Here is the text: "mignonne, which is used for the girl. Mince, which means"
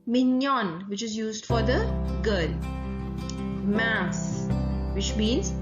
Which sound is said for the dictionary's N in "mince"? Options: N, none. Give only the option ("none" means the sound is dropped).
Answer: none